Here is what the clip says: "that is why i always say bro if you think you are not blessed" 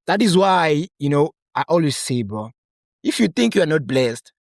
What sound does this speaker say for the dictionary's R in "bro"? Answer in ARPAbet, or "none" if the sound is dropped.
none